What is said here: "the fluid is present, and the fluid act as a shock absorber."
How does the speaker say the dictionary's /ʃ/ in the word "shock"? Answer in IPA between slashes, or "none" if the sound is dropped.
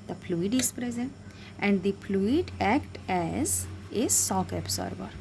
/s/